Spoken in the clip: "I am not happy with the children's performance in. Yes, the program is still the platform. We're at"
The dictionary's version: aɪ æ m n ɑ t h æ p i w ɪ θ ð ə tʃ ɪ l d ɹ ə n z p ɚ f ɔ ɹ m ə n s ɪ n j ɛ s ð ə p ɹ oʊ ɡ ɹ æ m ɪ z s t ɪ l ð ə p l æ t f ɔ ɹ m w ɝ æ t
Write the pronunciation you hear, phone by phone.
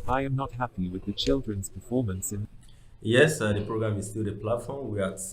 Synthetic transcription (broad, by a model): aɪ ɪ m n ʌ t h æ p i w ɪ ð ə tʃ ɪ l d ɹ ə n z p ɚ f ɔ ɹ m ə n s ɪ n j ɛ s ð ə p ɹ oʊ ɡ ɹ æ m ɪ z s t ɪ l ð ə p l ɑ t f ɔ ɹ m w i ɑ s